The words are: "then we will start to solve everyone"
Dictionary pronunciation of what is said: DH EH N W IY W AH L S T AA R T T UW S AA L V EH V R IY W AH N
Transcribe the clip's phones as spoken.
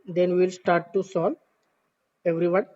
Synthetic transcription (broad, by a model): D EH N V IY L S T AA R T T UW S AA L EH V R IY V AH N